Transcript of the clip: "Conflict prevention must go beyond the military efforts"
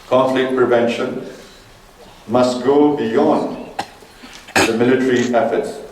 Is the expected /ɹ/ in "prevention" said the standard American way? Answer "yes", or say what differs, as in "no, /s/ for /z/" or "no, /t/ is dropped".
yes